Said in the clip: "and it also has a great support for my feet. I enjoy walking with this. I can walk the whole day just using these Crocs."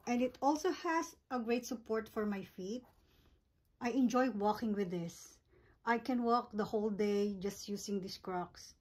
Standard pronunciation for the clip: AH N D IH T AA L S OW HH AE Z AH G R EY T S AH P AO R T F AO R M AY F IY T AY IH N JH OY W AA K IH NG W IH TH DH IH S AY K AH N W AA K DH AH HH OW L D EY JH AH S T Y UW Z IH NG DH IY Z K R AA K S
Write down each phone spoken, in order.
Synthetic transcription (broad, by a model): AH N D IH T AA L S OW HH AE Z AH G R EY T S AH P AO R T F AO R M AY F IY T AY IH N JH OY W AA K IH NG W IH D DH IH S AY K AH N W AA K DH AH HH OW L D EY JH AH S T Y UW S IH NG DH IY S K R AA K S